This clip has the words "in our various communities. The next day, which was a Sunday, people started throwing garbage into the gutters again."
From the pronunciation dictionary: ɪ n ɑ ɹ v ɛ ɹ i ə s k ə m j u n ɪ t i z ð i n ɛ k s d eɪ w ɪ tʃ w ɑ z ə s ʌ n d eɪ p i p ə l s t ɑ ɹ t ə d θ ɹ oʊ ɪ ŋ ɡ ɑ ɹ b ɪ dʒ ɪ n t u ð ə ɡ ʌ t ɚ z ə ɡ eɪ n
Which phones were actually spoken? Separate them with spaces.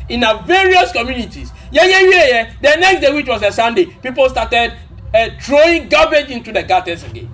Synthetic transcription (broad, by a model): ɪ n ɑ v ɛ ɹ i ə s k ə m j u n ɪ t i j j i n ɛ k s d eɪ w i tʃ w ɑ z ə s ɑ n d eɪ p i p ə l s t ɑ t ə d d ɹ oʊ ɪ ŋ ɡ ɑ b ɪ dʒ ɪ n t u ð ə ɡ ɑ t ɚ s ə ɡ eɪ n